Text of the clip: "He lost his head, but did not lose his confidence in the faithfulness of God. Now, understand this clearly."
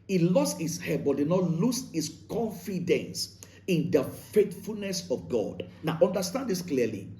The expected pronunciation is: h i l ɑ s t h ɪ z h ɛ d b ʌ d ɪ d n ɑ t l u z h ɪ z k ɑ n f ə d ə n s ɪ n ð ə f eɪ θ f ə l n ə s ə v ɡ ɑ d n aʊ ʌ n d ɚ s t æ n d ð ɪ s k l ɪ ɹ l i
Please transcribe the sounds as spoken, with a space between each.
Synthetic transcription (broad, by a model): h i l ɑ s t h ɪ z h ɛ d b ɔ d ɪ d n ɑ t l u s h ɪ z k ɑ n f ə d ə n s ɪ n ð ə f eɪ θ f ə l n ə s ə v ɡ ɑ d n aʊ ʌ n d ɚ s t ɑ n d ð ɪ s k l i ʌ l i